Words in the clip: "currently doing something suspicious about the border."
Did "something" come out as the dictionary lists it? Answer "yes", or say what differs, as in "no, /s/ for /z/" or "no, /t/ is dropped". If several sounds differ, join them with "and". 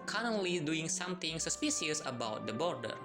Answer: no, /t/ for /θ/